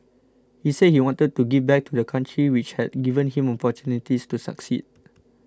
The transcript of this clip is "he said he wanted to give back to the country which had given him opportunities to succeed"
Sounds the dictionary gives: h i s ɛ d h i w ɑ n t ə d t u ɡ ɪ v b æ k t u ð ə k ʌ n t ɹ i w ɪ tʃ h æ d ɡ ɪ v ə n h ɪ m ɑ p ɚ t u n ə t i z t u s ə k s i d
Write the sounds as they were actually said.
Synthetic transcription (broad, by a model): h i s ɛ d h i w ɑ n t ə d t u ɡ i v b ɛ k t u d ə k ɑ n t ɹ i w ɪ tʃ h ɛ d ɡ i v ə n h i m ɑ p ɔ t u n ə t i s t u s ə k s i d